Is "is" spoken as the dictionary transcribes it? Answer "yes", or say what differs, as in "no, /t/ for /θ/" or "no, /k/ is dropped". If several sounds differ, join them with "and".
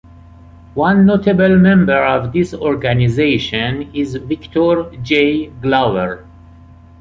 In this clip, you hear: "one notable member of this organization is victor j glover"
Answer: yes